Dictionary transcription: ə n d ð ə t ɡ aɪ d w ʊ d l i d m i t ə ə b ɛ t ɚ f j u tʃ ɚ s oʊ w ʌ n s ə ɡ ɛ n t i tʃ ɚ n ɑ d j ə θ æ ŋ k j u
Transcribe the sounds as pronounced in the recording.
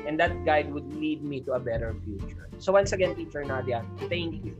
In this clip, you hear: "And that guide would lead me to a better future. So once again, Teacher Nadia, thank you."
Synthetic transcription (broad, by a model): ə n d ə t ɡ aɪ d w ʊ d l i d m i t ə ə b ɛ t ɚ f j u tʃ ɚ s oʊ w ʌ n s ə ɡ ɛ n t i tʃ ɚ n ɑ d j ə t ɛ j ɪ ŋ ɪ